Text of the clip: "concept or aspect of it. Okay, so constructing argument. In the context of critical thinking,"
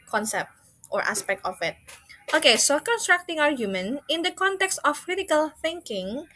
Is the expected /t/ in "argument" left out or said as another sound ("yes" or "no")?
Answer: yes